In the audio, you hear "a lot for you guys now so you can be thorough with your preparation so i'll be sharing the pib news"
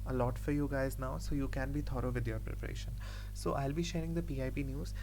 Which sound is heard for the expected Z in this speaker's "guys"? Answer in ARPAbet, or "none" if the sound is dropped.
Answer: Z